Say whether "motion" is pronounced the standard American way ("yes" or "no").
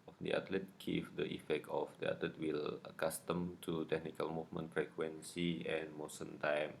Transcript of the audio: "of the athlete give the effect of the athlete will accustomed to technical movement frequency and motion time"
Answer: no